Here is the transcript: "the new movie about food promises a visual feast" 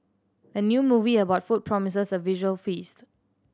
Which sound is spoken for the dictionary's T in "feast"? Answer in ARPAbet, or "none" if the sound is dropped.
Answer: T